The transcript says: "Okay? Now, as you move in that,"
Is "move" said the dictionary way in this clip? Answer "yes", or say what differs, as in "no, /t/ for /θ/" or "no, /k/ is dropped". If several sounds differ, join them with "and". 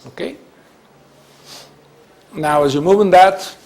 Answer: no, /b/ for /v/